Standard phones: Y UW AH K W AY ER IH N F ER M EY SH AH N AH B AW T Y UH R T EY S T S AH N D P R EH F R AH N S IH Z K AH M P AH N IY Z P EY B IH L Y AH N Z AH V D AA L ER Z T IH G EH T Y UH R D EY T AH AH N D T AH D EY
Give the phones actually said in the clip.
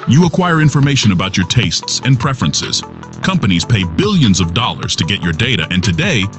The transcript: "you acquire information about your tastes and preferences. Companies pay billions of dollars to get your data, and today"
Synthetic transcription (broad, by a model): Y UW AH K W AY ER IH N F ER M EY SH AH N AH B AW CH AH R T EY S T S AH N P R EH F R AH N S IH Z K AH M P AH N IY Z P EY B IH L Y AH N Z AH V D AA L ER Z T IH G EH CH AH R D EY T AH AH N T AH D EY